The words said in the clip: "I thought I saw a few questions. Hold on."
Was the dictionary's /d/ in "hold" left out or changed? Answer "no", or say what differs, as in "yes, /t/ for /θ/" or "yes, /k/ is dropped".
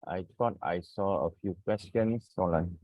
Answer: yes, /d/ is dropped